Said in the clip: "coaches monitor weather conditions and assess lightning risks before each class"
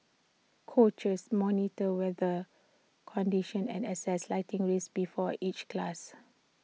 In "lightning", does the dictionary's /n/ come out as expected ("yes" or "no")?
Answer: no